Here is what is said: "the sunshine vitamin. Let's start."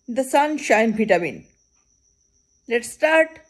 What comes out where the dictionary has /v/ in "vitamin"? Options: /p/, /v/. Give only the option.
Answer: /p/